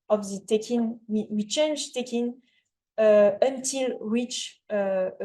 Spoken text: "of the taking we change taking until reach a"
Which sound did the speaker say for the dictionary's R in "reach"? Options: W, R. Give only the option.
W